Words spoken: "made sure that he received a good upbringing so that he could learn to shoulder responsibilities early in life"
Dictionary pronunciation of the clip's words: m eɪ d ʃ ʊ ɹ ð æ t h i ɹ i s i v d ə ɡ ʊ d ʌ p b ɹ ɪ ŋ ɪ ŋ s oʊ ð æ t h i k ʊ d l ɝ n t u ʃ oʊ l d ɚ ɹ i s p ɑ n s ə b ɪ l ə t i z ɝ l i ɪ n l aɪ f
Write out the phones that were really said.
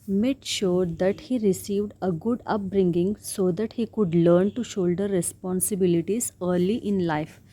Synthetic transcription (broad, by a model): m eɪ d ʃ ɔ ɹ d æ t h i ɹ i s i v d ə ɡ ʊ d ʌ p b ɹ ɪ ŋ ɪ ŋ s oʊ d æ t h i k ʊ d l ɝ n t u ʃ oʊ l d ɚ ɹ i s p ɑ n s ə b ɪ l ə t i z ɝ l i ɪ n l aɪ f